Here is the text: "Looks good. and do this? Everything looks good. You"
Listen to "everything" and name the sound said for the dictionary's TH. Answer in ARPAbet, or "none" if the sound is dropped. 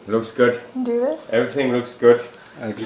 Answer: T